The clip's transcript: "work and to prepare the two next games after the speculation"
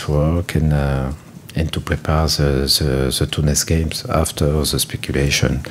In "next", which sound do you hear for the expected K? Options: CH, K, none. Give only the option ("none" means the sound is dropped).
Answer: none